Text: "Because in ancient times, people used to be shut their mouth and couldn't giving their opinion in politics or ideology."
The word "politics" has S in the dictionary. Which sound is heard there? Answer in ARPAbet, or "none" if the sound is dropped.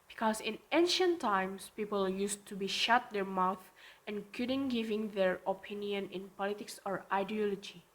S